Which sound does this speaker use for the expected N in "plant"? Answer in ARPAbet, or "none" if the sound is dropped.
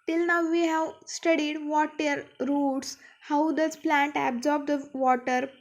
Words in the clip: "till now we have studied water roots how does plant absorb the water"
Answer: N